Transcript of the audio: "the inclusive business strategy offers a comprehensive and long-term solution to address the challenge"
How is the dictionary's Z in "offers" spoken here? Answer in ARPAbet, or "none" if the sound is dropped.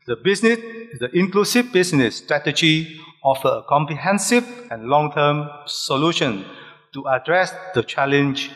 none